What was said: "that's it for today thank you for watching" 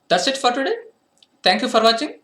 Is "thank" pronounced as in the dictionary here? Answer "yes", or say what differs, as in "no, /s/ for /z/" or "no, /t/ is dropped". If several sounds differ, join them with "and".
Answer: no, /t/ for /θ/